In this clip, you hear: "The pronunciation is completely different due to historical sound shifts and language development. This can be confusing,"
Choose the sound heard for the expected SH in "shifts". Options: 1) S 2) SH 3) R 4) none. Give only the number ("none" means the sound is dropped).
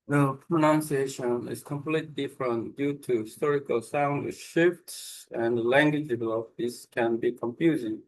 2